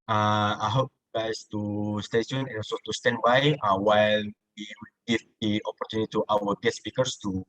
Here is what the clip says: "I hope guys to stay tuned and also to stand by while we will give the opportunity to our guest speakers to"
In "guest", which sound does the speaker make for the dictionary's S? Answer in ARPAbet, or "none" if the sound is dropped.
none